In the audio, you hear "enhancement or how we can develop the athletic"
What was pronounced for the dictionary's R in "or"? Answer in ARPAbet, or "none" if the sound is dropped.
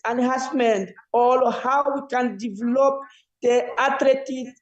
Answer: L